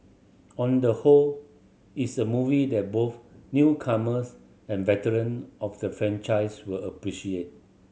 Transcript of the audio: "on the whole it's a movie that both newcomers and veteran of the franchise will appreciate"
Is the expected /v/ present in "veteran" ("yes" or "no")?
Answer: yes